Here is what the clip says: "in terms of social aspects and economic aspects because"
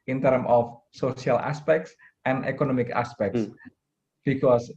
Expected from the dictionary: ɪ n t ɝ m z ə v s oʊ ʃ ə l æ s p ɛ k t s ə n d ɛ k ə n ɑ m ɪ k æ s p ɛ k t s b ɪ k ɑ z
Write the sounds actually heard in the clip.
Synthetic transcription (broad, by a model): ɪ n t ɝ m ə f s oʊ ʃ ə l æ s p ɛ k t s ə n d ɛ k ə n ɑ m ɪ k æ s p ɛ k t s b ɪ k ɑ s